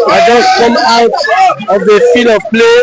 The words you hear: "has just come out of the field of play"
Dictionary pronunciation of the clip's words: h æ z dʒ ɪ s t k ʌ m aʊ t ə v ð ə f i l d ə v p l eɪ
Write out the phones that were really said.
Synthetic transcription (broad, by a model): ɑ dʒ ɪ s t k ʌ m aʊ t ə v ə f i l ə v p l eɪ